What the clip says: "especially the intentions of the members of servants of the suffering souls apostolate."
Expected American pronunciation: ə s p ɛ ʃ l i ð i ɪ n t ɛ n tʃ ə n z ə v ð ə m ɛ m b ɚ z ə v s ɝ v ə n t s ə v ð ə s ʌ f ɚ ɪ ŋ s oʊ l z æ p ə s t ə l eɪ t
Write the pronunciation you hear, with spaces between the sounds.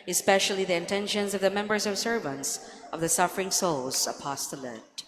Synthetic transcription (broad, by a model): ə s p ɛ ʃ l i ð i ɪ n t ɛ n ʃ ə n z ə v ð ə m ɛ m b ɚ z ə v s ɝ v ə n t s ə v ð ə s ʌ f ɚ ɪ ŋ s oʊ l z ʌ p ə s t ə l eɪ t